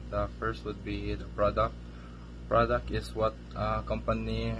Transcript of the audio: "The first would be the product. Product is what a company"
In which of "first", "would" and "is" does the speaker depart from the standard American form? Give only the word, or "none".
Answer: is